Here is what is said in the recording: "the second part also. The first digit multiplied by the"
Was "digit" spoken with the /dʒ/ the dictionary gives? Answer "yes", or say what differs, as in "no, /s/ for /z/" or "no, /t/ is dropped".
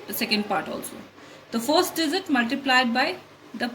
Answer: no, /z/ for /dʒ/